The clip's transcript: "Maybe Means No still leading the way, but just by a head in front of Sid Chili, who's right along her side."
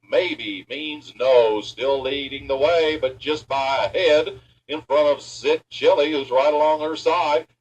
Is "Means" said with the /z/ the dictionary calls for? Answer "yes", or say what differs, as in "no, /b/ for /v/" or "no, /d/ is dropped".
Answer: yes